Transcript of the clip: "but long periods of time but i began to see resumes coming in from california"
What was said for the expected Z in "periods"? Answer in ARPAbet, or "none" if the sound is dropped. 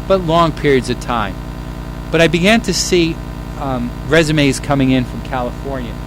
Z